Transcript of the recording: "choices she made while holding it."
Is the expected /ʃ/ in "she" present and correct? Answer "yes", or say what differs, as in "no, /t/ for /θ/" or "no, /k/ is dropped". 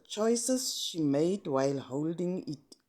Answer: yes